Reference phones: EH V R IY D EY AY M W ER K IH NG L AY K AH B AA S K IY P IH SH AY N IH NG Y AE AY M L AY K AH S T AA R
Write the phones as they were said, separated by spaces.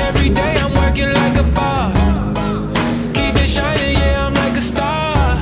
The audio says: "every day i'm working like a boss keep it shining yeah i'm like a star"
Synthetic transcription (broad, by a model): EH V R IY D EY AY M W ER K IH NG L AY K AH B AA K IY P IH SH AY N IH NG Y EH AY M L AY K AH S T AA